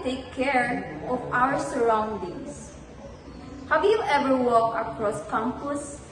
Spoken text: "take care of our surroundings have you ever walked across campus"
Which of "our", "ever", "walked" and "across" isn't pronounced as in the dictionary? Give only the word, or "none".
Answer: walked